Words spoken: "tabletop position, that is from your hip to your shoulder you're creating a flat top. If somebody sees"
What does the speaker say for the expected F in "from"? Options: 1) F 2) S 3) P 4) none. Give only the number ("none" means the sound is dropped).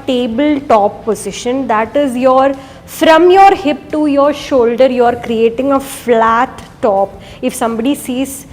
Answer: 1